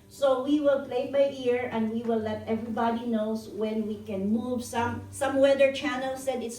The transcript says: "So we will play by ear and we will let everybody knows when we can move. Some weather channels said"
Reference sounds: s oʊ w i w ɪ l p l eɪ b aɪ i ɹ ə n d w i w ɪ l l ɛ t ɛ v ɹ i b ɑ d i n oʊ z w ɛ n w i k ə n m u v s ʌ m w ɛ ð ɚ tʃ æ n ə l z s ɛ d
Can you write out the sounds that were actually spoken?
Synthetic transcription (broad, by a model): s oʊ w i w ɪ l p l eɪ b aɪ i ɹ ə n d w i w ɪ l l ɛ t ɛ v ɹ i b ɑ d i n oʊ s w ɛ n w i k ə n m u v s ʌ m w ɛ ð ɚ tʃ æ n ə l s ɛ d